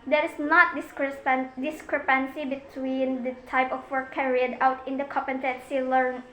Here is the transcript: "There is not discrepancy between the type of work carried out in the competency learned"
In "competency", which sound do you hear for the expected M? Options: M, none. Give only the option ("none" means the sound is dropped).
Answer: none